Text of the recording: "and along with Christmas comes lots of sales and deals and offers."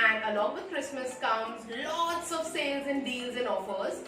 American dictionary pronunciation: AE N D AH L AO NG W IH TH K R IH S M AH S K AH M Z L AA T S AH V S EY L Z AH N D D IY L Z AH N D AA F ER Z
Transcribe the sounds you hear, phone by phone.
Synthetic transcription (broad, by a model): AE N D AH L AO NG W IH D K R IH S M AH S K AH M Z L AA T S AH V S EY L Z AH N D D IY L Z AH N D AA F ER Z